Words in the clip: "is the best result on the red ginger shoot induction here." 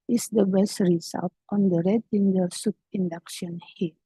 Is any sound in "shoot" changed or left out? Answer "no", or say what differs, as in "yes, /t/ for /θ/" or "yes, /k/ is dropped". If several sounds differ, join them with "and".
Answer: yes, /s/ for /ʃ/